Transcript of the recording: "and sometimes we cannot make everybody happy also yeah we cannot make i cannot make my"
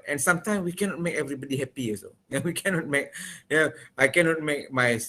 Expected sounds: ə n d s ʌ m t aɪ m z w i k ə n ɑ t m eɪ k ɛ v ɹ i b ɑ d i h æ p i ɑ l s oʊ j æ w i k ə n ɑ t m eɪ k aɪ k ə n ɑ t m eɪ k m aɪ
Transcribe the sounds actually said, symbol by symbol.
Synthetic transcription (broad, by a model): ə n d s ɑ m t aɪ m s w i k ə n ɑ t m eɪ k ɛ v ɹ i b ɑ d i h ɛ p i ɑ s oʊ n w i k ə n ɑ t m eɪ k aɪ k ə n ɑ t m eɪ k m aɪ